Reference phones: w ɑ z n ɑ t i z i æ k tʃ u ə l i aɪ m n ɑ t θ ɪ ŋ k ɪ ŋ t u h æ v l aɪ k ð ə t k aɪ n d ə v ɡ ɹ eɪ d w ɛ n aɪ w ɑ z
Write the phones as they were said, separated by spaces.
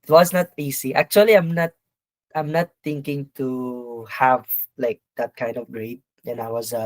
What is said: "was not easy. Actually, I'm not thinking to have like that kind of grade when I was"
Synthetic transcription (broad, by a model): w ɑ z n ɑ t i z i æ k tʃ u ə l i aɪ m n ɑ t t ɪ ŋ k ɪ ŋ t u h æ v l aɪ k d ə t k aɪ n d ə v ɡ ɹ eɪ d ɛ n aɪ w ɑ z